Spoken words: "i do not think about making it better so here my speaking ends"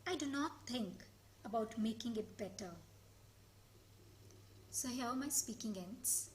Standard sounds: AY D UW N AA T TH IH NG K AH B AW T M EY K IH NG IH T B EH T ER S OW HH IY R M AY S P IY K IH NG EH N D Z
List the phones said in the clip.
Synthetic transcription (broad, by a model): AY D UW N AA T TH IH NG K AH B AW T M EY K IH NG IH T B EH T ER S OW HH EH L M AY S P IY K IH NG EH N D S